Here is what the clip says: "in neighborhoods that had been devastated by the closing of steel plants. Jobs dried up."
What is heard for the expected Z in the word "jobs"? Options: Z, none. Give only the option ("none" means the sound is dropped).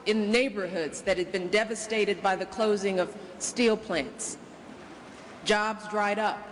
Z